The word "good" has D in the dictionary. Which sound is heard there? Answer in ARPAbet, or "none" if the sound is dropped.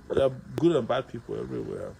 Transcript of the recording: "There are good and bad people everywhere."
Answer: D